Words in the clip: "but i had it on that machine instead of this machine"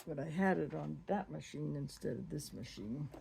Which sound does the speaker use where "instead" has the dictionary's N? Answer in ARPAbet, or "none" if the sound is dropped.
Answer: N